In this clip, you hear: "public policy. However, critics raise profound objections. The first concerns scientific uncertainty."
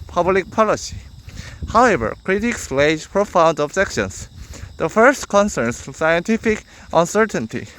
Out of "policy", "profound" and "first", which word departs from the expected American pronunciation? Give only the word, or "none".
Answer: none